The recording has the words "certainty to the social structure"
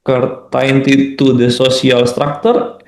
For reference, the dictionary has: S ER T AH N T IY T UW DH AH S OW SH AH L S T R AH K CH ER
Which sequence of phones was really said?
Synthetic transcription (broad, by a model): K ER T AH N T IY T UW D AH S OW S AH L S T R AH K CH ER